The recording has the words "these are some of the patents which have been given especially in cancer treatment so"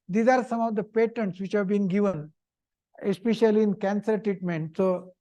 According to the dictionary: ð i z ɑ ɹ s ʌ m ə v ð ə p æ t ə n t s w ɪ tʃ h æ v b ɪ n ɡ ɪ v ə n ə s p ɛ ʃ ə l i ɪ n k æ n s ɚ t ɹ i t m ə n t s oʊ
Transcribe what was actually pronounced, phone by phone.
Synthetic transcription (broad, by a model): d i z ɑ ɹ s ʌ m ə v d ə p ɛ t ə n t s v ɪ tʃ h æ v b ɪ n ɡ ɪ v ə n ə s p ɛ ʃ ə l i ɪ n k æ n s ɚ t ɹ i t m ə n t s oʊ